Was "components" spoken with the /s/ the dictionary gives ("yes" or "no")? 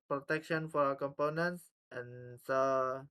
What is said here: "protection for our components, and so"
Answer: yes